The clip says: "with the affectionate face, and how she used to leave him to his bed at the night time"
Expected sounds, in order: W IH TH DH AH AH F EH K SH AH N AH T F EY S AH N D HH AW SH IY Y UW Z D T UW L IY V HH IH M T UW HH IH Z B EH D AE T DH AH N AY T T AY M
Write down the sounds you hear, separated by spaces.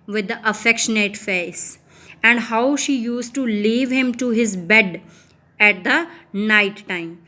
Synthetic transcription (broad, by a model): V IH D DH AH AH F EH K SH AH N AH T F EY S AH N D HH AW SH IY Y UW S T T UW L IY V HH IH M T UW HH IH Z B EH D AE T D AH N AY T T AY M